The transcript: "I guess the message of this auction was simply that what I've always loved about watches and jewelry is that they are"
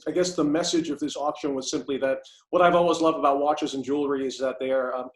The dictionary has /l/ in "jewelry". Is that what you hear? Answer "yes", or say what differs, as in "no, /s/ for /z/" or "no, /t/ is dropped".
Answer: yes